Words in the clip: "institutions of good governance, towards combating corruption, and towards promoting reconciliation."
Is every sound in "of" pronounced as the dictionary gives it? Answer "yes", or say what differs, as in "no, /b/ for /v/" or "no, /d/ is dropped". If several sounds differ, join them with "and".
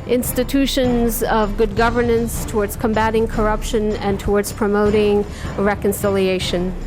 yes